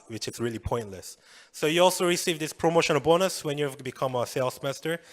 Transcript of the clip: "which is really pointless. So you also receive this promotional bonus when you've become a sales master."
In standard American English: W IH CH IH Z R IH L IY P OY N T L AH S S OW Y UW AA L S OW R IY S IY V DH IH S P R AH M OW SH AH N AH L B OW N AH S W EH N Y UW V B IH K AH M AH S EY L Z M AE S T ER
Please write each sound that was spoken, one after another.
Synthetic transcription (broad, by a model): W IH CH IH S R IH L IY P OY N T L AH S S OW Y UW AA L S OW R IY S IY V DH IH S P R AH M OW SH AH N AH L B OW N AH S W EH N Y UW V B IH K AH M AH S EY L S M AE S T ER